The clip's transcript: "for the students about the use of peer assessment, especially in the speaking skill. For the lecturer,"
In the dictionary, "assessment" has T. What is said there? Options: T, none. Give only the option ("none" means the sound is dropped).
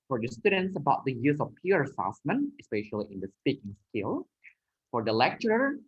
none